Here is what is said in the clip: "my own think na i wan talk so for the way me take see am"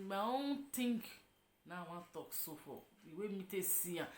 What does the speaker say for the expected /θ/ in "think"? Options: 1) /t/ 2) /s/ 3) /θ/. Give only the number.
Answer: 1